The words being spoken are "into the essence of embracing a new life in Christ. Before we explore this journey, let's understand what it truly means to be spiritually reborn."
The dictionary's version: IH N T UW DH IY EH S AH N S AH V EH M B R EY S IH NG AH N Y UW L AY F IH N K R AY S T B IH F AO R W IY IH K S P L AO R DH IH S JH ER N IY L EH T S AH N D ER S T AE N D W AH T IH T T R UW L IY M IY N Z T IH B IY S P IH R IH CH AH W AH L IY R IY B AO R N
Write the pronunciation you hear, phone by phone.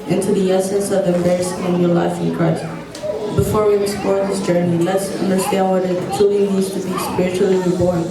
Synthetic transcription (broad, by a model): IH N T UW DH IY EH S AH N S AH V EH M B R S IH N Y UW L AY F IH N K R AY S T B IH F AO R W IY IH S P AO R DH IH S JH ER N IY L EH T S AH N D ER S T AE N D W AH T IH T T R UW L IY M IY Z T IH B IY S P IH R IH CH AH L IY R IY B AO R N